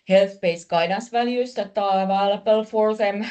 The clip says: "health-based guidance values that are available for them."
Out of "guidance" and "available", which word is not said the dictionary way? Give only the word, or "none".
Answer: guidance